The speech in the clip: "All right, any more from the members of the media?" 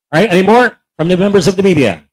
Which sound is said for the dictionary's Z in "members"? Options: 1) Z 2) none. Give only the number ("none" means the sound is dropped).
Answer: 1